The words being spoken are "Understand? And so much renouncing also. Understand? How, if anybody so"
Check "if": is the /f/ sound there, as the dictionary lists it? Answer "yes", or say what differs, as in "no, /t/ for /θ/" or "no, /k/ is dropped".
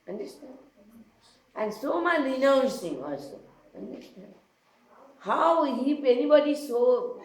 no, /p/ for /f/